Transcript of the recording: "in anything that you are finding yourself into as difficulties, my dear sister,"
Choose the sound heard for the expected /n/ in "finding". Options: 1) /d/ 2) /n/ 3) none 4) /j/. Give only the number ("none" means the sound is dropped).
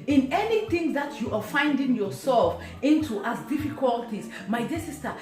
2